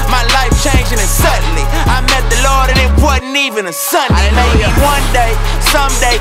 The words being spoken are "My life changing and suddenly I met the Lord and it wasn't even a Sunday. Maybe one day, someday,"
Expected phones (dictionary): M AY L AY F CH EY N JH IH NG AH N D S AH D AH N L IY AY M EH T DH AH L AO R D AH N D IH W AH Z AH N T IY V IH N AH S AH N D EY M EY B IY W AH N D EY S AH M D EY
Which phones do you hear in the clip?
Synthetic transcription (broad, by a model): M AY L AY F CH EY N JH IH NG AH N S AH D N L IY AY M EH T DH AH L AO R D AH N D IH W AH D N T IY V IH N AH S AH N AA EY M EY IY W AH N D EY S AH M D EY